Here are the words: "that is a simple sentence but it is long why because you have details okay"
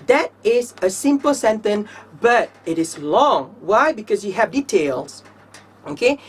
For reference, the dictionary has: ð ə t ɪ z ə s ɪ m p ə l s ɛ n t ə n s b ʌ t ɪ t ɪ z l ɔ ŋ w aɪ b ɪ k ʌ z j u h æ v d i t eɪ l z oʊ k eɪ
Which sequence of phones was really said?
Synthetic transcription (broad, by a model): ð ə t ɪ z ə s ɪ m p ə l s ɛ n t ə n b ʌ t ɪ t ɪ z l ɔ ŋ w aɪ b ɪ k ʌ z j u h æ v d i t eɪ l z oʊ k eɪ